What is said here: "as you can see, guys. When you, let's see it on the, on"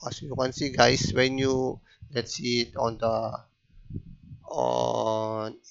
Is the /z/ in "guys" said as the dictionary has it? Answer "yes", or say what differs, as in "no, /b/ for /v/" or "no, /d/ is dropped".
no, /s/ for /z/